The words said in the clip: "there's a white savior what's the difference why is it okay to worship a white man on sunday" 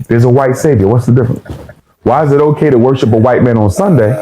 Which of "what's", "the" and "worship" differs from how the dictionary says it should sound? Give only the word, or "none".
none